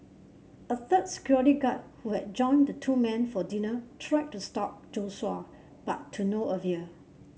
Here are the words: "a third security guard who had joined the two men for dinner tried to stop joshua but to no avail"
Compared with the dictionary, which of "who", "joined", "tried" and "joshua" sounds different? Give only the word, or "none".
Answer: joshua